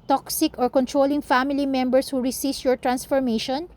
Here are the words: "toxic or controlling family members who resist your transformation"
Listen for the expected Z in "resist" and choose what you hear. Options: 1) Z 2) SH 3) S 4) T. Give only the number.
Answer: 3